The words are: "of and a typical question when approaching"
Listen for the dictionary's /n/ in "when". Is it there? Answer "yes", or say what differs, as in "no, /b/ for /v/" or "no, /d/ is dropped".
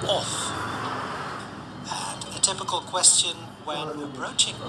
no, /n/ is dropped